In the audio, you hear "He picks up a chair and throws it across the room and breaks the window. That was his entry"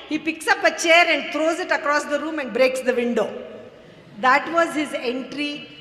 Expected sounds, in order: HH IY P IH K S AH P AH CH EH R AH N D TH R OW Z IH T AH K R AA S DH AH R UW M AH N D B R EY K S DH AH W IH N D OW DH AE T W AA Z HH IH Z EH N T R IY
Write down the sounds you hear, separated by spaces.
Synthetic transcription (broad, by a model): HH IY P IH K S AH P AH CH EH R AH N D T R OW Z IH T AH K R AA S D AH R UW M AH N D B R EY K S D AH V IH N D OW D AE T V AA Z HH IH Z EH N T R IY